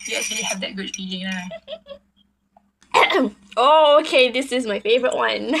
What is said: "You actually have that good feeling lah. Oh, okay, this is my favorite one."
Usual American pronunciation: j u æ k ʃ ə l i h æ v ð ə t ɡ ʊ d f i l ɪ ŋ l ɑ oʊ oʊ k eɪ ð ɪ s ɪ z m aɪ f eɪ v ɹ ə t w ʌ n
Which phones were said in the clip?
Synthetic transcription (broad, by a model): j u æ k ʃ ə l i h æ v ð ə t ɡ ʊ d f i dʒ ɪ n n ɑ oʊ oʊ k eɪ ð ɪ s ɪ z m aɪ f eɪ v ɹ ə t w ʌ n